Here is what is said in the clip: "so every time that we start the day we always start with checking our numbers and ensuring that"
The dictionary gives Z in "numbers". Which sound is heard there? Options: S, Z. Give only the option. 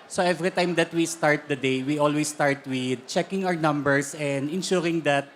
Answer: S